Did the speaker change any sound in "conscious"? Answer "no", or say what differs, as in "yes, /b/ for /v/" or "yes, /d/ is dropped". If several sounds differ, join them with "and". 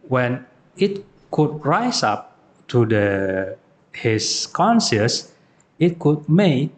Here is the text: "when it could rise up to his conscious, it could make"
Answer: yes, /s/ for /ʃ/